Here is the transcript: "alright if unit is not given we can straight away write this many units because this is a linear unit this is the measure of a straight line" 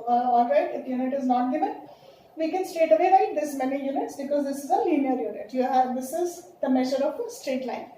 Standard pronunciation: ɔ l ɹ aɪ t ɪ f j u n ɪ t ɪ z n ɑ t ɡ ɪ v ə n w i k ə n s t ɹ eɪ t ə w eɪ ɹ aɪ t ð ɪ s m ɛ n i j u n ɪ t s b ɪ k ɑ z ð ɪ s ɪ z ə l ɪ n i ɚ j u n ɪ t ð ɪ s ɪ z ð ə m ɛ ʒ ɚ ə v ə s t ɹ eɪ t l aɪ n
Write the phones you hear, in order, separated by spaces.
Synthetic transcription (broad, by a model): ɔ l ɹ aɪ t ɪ p j u n ɪ t ɪ z n ɑ t ɡ ɪ v ə n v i k ə n s t eɪ t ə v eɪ ɹ aɪ t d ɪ s m ɛ n i j u n ɪ t s b ɪ k ɑ z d ɪ s ɪ z ə l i n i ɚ j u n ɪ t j ɪ s ɪ z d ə m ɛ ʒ ɚ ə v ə s t ɹ eɪ t l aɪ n